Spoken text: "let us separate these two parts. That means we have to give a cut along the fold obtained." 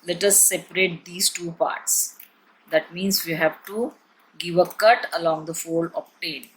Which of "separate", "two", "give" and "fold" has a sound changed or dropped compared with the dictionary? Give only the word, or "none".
fold